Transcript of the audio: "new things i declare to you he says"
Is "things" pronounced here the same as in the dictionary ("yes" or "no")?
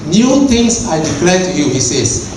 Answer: no